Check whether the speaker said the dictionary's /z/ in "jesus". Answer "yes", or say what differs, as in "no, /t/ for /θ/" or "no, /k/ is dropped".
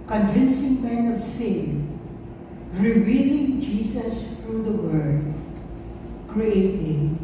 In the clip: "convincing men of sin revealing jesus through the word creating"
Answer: no, /s/ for /z/